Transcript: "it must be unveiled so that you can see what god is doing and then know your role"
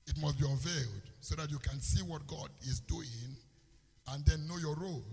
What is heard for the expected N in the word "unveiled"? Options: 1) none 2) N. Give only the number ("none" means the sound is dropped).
1